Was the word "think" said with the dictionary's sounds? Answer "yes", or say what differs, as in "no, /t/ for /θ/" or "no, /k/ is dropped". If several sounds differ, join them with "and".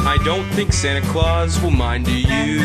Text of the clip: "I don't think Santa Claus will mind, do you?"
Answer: yes